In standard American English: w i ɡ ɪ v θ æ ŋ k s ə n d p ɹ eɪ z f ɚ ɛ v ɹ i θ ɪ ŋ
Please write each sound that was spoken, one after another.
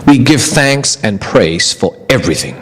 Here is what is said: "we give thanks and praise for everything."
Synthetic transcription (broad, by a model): w i ɡ ɪ v θ æ ŋ k s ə n p ɹ eɪ z f ɚ ɛ v ɹ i θ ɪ ŋ